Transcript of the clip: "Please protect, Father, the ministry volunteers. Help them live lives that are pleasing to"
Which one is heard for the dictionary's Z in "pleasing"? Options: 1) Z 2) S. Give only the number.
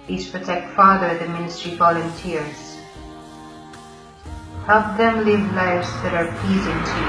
1